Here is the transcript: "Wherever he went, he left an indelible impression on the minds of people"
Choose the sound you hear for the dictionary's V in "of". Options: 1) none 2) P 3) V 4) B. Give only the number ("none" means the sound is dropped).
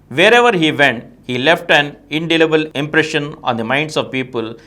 3